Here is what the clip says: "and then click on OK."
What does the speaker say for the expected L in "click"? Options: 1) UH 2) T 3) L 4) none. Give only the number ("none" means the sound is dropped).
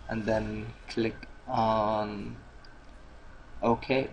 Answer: 3